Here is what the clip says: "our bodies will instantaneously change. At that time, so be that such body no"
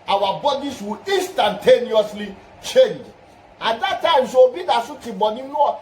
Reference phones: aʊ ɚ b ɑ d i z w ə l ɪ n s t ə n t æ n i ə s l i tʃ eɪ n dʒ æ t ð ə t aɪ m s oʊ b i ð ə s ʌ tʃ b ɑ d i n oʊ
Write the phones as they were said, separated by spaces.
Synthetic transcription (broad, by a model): aʊ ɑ b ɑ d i s w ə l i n s t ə n t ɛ n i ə s l i tʃ eɪ n dʒ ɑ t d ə t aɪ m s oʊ b i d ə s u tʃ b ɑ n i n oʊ